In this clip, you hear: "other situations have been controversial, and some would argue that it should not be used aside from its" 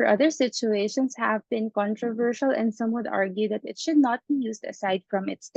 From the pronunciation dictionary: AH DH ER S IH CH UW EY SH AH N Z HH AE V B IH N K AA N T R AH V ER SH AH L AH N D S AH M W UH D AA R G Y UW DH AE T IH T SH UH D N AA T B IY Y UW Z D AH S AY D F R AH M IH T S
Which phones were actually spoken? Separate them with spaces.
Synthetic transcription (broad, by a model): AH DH ER S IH CH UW EY SH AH N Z HH AE V B IH N K AA N T R AH V ER SH AH L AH N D S AH M W UH D AA R G Y UW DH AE T IH T SH UH D N AA T B IY Y UW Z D AH S AY D F R AH M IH T S